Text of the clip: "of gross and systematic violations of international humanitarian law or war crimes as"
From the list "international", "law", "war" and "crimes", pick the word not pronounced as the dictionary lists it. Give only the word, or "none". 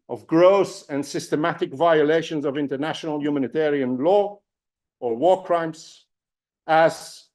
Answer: crimes